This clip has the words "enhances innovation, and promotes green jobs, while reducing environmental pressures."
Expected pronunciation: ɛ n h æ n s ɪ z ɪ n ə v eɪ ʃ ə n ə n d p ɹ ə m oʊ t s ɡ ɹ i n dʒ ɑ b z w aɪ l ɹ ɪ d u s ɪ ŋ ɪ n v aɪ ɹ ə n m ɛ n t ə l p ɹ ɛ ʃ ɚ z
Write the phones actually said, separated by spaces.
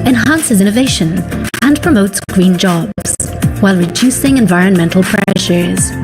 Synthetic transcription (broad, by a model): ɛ n h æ n s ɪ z ɪ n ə v eɪ ʃ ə n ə n p ɹ ə m oʊ t s ɡ ɹ i n dʒ ɑ b z w aɪ l ɹ ɪ d u s ɪ ŋ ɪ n v aɪ ɹ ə n m ɛ n t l p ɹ ɛ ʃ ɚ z